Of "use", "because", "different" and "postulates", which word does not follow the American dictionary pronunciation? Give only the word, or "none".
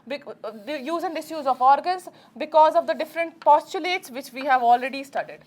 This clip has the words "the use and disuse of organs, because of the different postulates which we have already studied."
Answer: none